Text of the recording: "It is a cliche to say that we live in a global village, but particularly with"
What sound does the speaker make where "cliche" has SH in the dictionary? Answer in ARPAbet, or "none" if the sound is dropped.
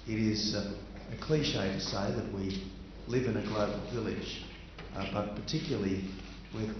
SH